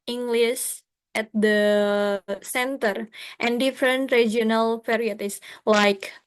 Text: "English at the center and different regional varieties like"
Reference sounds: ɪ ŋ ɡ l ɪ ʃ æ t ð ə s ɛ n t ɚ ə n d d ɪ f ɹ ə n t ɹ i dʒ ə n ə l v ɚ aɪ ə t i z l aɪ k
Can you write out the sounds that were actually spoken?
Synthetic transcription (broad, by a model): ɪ ŋ ɡ l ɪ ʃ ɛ t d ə s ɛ n t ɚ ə n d d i f ɹ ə n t ɹ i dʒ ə n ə l p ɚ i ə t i s l aɪ k